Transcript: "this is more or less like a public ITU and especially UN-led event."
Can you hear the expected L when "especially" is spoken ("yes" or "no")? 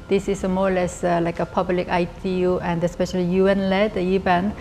yes